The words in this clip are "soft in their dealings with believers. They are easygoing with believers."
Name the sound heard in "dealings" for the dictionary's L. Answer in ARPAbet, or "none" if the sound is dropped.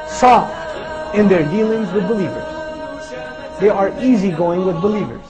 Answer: L